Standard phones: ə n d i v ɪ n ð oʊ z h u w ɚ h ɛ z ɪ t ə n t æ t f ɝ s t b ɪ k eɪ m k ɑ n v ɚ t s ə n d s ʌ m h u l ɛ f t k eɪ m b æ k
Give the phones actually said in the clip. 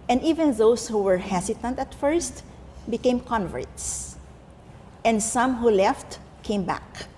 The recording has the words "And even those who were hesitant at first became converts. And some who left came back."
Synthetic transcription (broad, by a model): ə n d i v ɪ n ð oʊ s h u w ɚ h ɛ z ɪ t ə n t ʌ t f ɝ s t b ɪ k eɪ m k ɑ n v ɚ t s ə n d s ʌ m h u l ɛ f t k eɪ m b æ k